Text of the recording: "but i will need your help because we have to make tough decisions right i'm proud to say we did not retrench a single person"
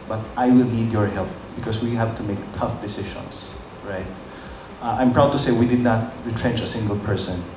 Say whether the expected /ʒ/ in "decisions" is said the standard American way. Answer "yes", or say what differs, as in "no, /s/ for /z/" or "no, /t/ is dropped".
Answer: no, /ʃ/ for /ʒ/